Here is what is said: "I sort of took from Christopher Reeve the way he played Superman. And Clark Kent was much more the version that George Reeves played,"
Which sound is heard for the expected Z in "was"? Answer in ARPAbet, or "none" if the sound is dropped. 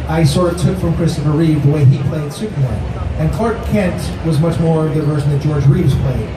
Z